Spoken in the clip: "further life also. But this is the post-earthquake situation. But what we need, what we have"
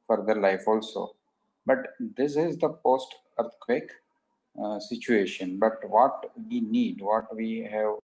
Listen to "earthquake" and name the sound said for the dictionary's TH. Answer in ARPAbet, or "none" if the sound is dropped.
T